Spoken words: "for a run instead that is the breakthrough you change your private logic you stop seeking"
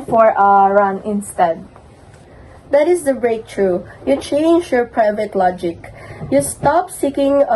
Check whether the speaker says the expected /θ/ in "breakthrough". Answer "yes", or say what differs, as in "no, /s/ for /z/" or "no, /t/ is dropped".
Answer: no, /t/ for /θ/